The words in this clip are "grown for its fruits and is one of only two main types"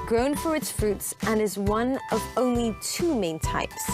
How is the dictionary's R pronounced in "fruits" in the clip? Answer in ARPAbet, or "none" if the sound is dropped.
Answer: R